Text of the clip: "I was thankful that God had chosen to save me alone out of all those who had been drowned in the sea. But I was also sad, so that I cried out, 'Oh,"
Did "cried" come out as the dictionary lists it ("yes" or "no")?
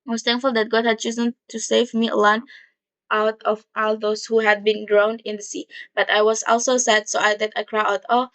no